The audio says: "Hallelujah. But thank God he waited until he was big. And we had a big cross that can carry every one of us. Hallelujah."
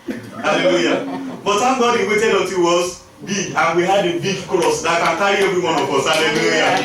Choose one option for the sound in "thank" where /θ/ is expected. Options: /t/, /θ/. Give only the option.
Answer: /t/